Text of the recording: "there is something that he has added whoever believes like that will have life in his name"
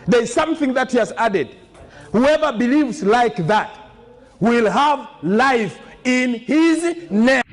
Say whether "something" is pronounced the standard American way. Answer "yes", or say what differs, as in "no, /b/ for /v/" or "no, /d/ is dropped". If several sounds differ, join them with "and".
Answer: yes